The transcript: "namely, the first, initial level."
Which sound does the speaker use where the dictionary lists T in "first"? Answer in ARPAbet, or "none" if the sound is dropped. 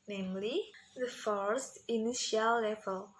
T